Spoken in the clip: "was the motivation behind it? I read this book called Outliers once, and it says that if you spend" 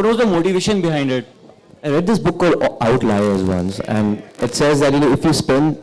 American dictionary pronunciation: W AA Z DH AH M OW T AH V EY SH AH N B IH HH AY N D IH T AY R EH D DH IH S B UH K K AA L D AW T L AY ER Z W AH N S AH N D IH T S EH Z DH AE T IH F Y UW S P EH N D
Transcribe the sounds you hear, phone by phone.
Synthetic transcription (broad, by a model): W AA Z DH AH M OW T AH V EY SH AH N B IH HH AY N D IH T AY R EH D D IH S B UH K K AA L AW T L AY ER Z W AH N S AH N D IH T S EH Z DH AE T IH F Y UW S P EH N D